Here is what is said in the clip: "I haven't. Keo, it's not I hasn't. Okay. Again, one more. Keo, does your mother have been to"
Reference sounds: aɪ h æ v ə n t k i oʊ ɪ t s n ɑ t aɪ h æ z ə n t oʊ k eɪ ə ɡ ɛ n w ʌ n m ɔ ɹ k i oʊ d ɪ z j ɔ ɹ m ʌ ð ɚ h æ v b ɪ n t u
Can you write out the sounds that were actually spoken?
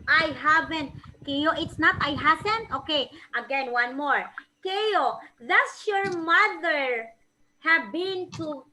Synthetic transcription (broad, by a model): aɪ h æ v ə n t k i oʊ ɪ t s n ɑ t aɪ h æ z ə n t oʊ k eɪ ə ɡ ɛ n w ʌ n m ɔ ɹ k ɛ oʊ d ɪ s j ɔ ɹ m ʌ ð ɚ h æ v b ɪ n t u